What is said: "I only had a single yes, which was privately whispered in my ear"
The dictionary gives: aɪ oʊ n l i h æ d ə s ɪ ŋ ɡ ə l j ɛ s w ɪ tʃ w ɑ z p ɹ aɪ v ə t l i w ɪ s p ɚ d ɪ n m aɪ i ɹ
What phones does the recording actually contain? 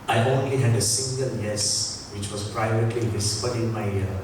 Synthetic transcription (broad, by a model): aɪ oʊ n l i h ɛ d ə s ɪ ŋ ɡ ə l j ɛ s w ɪ tʃ w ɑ s p ɹ aɪ v ə t l i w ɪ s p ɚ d ɪ n m aɪ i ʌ